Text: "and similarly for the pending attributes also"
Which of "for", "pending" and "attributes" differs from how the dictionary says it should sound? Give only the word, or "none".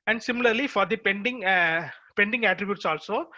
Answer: none